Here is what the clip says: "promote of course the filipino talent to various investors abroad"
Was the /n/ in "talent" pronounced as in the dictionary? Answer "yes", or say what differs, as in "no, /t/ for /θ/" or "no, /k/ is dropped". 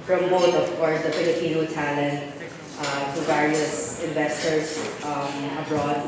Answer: yes